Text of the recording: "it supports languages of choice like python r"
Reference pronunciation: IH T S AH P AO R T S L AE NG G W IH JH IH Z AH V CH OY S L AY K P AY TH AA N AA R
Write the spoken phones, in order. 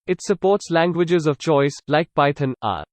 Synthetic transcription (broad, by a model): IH T S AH P AO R T S L AE NG G W IH JH IH Z AH V CH OY S L AY K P AY T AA N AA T